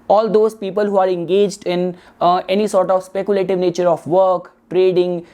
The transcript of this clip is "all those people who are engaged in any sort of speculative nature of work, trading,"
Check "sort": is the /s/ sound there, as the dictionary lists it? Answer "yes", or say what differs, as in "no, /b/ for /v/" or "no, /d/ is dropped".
yes